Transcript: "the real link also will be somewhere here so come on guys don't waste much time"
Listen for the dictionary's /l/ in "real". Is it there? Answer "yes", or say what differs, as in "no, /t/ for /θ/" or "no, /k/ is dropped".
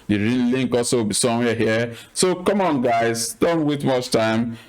no, /n/ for /l/